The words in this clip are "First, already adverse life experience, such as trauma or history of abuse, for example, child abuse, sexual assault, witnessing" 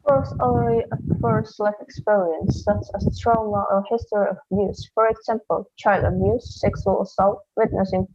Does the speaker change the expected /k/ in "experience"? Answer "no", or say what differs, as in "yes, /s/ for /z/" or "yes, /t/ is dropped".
no